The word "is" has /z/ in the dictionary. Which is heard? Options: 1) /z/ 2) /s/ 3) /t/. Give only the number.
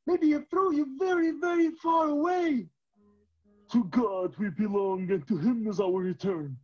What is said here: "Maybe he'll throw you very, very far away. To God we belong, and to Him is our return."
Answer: 1